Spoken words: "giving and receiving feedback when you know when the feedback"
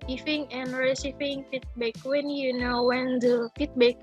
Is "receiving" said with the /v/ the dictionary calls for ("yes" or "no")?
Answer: no